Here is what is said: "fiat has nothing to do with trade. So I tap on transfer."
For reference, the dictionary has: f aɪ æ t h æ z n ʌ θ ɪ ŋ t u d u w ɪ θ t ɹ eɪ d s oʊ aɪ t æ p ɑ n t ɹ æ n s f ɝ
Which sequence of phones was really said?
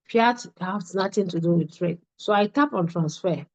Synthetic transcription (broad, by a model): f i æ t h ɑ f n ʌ t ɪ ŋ t u d u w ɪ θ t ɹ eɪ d s oʊ aɪ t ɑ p ɑ n t ɹ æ n s f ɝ